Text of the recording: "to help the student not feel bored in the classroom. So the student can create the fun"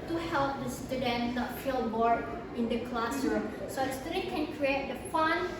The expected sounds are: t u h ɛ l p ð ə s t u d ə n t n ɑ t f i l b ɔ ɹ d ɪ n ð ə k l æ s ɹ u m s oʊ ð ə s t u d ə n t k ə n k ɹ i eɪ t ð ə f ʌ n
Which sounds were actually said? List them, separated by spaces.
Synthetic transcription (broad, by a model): t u h ɛ l p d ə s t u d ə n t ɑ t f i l b ɔ ɹ d ɪ n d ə k l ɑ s ʌ s oʊ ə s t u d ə k ə n k ɹ i eɪ t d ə f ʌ n